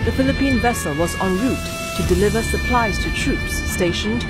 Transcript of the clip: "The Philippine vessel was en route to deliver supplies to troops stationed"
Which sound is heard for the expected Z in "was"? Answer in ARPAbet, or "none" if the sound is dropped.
Z